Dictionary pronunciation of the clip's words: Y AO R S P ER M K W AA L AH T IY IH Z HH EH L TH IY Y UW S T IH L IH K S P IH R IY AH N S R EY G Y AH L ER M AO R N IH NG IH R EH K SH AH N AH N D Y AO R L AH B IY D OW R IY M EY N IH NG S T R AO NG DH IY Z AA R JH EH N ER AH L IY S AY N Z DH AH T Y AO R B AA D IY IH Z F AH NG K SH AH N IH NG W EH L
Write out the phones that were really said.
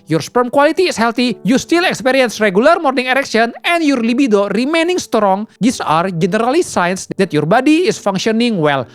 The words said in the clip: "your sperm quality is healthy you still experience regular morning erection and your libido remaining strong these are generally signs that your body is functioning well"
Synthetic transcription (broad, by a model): Y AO R S P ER M K W AA L AH T IY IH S HH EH L T IY Y UW S T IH L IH K S P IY R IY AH N S R EY G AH L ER M AO R N IH NG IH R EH K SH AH N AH N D Y AO R L AH B IY D OW R IY M EY N IH NG S T R AO NG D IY S AA R JH EH N ER AH L IY S AY N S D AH T Y AO R B AA D IY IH S F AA NG K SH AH N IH NG W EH L